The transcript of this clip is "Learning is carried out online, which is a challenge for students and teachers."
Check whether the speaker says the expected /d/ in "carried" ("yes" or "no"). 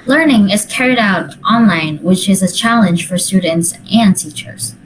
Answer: yes